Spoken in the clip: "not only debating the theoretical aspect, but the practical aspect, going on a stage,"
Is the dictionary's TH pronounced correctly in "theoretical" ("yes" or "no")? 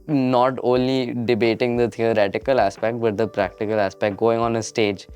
no